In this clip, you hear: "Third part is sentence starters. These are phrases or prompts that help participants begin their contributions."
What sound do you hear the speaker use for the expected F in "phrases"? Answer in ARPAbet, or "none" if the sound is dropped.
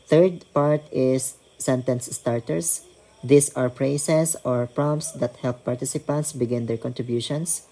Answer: P